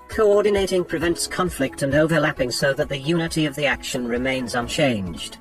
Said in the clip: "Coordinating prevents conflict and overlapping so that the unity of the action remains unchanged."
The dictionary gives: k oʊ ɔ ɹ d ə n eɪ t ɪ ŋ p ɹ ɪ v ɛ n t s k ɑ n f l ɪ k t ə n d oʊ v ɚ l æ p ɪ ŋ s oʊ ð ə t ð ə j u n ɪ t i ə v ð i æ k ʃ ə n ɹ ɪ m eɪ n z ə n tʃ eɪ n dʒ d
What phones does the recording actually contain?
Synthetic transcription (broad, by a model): k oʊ ɔ ɹ d n eɪ t ɪ ŋ p ɹ ɪ v ɛ n t s k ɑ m f l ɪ k t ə n oʊ v ɚ l æ p ɪ ŋ s oʊ ð ə t ð ə j u n ɪ t i ə v ð i æ k ʃ ə n ɹ ɪ m eɪ n z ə n tʃ eɪ n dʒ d